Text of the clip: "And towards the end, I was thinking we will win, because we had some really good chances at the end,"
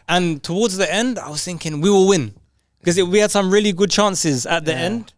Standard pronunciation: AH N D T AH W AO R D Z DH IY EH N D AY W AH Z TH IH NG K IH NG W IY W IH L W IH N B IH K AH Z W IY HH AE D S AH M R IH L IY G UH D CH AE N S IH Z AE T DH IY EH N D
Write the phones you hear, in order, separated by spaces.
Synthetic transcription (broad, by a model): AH N T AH W AO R D Z DH IY EH N D AY W AH Z TH IH NG K IH NG W IY W IH L W IH N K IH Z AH W IY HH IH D S AH M R IH L IY G UH D CH AE N S IH Z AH T DH IY EH N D